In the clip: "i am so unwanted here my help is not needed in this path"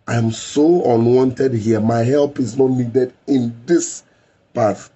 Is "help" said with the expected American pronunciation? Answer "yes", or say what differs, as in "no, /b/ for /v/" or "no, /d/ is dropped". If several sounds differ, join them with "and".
yes